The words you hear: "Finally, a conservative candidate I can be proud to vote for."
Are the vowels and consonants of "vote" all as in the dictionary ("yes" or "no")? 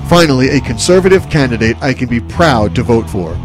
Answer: yes